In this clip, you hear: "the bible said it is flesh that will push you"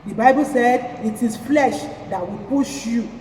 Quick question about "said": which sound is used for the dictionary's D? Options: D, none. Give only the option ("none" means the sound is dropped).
D